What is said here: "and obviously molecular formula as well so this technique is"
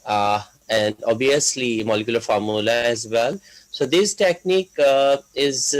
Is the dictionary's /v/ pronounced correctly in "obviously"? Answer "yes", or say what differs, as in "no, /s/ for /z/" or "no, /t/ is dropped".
no, /v/ is dropped